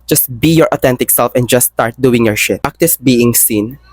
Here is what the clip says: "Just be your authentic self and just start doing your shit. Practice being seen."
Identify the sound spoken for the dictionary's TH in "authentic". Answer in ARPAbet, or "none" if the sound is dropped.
T